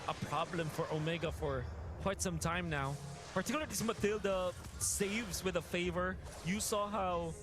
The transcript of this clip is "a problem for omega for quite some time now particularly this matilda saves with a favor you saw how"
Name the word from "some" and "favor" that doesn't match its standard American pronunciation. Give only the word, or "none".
none